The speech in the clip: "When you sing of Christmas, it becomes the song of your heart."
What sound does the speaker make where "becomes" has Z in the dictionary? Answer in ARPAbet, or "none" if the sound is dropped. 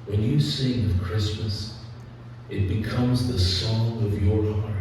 Z